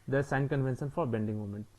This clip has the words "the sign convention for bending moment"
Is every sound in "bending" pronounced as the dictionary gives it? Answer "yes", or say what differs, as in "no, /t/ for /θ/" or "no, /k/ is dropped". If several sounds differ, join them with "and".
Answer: yes